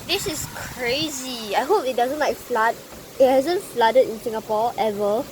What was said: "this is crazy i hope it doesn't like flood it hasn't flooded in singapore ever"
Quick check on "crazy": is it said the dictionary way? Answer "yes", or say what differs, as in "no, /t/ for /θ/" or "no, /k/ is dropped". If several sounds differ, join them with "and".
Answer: yes